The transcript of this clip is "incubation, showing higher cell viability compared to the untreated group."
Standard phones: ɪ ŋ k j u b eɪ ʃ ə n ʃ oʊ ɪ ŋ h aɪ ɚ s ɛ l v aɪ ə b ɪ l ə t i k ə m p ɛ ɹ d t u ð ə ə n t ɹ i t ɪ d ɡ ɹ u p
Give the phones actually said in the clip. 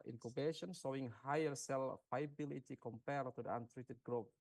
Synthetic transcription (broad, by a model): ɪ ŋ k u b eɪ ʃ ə n s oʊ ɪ ŋ h aɪ ɚ s ɛ l f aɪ b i l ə t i k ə m p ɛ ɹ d t u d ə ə n t ɹ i t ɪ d ɡ ɹ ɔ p